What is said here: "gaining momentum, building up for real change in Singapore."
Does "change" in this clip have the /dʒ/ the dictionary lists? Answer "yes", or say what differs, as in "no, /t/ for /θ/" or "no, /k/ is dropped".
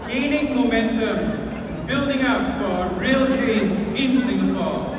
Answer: no, /dʒ/ is dropped